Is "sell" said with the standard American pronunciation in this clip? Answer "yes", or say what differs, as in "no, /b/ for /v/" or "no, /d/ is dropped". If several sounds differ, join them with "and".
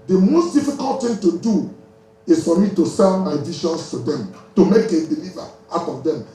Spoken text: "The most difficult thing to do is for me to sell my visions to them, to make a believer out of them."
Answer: no, /n/ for /l/